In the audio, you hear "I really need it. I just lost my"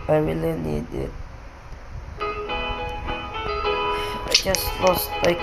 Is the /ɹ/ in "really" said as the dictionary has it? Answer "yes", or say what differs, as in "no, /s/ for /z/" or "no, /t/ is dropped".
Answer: no, /w/ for /ɹ/